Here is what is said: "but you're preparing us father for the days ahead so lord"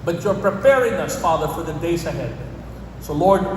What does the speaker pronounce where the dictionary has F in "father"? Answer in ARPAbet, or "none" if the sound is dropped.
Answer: F